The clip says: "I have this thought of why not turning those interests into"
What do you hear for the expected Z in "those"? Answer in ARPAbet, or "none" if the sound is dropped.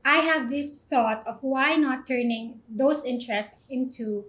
S